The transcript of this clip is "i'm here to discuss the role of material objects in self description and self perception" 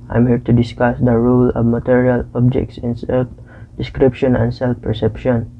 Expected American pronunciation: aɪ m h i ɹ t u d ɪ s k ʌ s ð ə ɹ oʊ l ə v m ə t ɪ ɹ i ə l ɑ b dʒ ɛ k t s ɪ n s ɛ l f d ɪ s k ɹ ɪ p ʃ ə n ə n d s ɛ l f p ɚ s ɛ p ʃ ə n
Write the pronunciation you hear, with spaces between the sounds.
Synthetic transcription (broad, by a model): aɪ m h i ɹ t u d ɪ s k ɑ s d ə ɹ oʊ l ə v m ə t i ɹ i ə l ɑ b dʒ ɛ k t s ɪ n s ɛ l f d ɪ s k ɹ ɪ p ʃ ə n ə n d s ɛ l f p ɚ s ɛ p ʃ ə n